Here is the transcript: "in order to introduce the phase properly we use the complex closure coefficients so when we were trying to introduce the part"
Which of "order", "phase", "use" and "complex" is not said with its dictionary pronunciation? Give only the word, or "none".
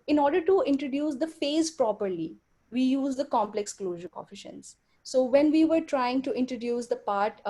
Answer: none